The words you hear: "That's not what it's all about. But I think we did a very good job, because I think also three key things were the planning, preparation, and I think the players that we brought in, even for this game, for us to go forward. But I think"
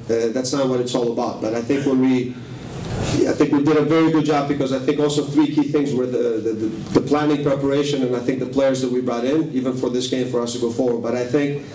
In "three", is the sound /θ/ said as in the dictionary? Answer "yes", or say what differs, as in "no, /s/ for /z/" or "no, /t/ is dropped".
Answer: yes